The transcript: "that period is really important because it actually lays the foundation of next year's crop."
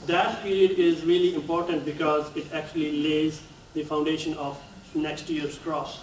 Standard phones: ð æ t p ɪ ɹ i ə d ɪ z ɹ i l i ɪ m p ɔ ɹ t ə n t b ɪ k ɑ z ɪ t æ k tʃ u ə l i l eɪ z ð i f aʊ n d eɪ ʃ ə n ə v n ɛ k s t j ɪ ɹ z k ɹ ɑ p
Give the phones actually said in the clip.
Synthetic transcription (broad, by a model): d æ t p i ɹ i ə d ɪ z ɹ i l i ɪ m p ɔ ɹ t ə n t b ɪ k ɑ z ɪ t æ k tʃ u ə l i l eɪ z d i f aʊ n d eɪ ʃ ə n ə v n ɛ k s t j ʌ ɹ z k ɹ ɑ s